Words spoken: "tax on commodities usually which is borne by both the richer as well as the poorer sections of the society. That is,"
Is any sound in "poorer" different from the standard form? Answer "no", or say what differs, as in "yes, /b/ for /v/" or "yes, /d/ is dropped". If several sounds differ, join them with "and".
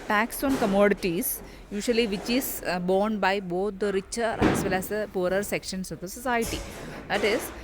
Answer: no